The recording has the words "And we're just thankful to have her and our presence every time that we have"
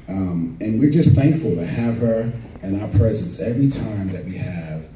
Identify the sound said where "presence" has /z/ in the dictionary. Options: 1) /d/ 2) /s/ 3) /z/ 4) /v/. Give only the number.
3